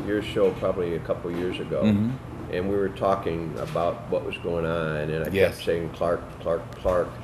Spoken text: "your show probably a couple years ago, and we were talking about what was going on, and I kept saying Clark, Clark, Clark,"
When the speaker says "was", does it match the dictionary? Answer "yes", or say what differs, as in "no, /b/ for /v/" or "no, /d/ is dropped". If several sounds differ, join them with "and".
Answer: yes